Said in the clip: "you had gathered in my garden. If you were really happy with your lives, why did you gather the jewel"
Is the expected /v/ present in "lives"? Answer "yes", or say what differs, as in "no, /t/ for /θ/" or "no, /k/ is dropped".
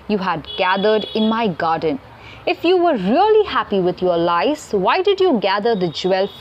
no, /v/ is dropped